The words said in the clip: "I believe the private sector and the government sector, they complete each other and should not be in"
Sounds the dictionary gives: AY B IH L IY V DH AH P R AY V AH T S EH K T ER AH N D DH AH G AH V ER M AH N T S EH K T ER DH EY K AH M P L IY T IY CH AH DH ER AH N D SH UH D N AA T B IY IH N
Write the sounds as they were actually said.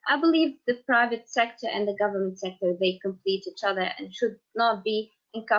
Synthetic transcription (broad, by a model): AY B IH L IY V DH AH P R AY V AH T S EH K T ER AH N DH AH G AH V ER M AH N T S EH K T ER DH EY K AH M P L IY T IY CH AH DH ER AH N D SH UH D N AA T B IY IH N